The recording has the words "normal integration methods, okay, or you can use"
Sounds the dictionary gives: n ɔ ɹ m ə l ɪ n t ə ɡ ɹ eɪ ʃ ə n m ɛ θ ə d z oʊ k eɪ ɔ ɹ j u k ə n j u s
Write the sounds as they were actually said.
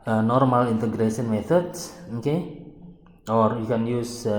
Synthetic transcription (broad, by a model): n ɔ ɹ m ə l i n t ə ɡ ɹ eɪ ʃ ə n m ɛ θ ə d s oʊ k eɪ ɔ ɹ j u k ə n j u s